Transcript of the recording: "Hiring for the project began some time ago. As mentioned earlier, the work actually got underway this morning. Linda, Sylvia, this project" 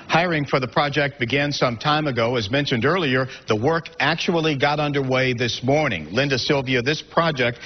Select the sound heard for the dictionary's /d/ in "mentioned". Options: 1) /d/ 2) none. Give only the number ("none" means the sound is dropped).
1